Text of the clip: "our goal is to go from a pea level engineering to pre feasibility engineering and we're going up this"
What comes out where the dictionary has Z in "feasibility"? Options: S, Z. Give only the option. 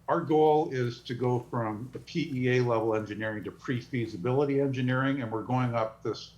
Z